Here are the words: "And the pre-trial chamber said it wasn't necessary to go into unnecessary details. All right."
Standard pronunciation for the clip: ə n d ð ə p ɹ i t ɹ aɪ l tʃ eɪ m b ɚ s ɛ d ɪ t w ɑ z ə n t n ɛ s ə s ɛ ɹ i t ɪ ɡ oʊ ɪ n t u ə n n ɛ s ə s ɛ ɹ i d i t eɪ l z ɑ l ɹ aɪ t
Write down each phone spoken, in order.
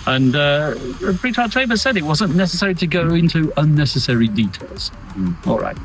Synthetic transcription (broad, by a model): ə n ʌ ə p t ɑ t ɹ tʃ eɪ b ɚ s ɛ d ɪ t w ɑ z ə n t n ɛ s ə s ɛ ɹ i t ɪ ɡ oʊ ɪ n t u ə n n ɛ s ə s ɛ ɹ i d i t eɪ l z ɑ l ɹ aɪ t